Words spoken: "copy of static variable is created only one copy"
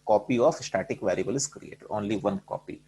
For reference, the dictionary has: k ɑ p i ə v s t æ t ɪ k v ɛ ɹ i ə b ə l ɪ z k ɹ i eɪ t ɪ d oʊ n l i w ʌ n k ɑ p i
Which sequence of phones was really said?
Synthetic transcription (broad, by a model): k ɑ p i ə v s t æ t ɪ k v ɛ ɹ i ə b ə l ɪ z k ɹ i eɪ t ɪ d oʊ n l i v ʌ n k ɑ p i